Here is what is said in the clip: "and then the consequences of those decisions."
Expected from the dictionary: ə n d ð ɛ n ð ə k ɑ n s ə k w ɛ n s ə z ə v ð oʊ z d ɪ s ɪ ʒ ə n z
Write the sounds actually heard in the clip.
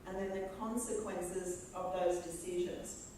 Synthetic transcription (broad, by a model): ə n ð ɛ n ð ə k ɑ n s ə k w ɛ n s ə z ə v ð oʊ z d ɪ s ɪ ʒ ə n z